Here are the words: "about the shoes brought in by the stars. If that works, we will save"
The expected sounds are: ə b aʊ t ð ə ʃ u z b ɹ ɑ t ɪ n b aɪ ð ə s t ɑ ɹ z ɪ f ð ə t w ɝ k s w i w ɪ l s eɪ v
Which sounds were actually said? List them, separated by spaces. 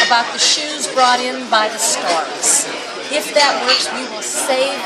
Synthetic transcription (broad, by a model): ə b aʊ t ð ə ʃ u z b ɹ ɑ t ɪ n b aɪ ð ə s t ɑ ɹ z ɪ f ð ə t w ɝ k s w i w ɪ l s eɪ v